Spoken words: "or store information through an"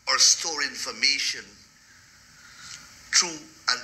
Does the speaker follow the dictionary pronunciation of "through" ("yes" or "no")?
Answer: no